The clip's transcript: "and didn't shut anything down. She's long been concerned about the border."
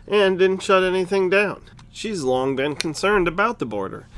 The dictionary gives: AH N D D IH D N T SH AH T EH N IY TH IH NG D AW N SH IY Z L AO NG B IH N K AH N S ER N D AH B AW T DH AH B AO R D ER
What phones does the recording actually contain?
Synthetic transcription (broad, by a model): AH N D D IH D N T SH AH T EH N IY TH IH NG D AW N SH IY Z L AO NG B IH N K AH N S ER N D AH B AW T DH AH B AO R D ER